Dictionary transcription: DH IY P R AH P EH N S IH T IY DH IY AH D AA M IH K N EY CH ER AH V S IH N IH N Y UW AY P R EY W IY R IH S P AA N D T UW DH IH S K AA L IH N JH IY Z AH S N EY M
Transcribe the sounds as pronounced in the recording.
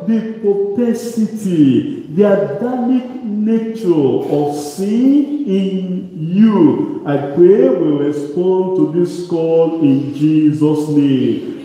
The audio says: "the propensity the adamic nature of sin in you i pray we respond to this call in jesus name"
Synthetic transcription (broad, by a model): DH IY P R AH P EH S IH T IY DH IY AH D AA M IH K N EY CH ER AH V S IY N IH N Y UW AY P R EY W IY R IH S P AA N T UW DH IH S K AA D IH N JH IY Z AH S N EY M